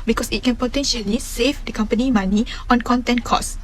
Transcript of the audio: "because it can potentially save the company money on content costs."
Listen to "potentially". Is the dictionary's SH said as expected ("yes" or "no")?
yes